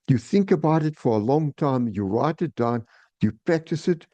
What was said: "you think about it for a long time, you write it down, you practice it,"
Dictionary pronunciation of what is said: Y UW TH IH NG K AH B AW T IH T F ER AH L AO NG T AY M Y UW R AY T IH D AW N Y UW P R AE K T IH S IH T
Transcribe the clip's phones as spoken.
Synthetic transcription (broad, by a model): Y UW TH IH NG K AH B AW T IH T F ER AH L AO NG T AY M Y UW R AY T IH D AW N Y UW P R AE K T IH S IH T